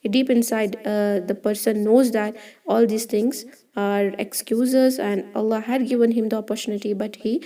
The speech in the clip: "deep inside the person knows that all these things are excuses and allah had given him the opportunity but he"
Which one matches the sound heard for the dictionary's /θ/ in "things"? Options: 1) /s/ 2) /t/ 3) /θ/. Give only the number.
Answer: 2